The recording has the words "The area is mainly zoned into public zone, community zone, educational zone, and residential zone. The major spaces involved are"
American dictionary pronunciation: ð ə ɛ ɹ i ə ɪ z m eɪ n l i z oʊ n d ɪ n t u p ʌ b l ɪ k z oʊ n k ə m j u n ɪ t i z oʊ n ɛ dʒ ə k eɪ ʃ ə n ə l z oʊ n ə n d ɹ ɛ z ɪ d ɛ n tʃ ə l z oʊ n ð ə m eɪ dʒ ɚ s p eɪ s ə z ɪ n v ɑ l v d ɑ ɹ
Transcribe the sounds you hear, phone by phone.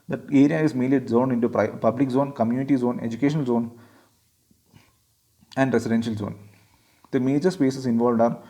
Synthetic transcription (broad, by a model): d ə ɛ ɹ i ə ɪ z m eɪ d l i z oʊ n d ɪ n t u p ʌ b l ɪ k z oʊ n k ə m j u n ɪ t i z oʊ n ɛ dʒ ə k eɪ ʃ ə n ə l z oʊ n ə n d ɹ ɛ s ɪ d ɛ n ʃ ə l z oʊ n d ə m eɪ dʒ ɚ s p eɪ s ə s ɪ n v ɑ l v d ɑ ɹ